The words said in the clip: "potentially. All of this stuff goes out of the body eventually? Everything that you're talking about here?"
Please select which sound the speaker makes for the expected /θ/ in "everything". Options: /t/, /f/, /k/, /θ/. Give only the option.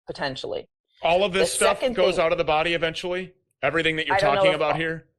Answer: /θ/